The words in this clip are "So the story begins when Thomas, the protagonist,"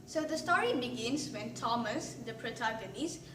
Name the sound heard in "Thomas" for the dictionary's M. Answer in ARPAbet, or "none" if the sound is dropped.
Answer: M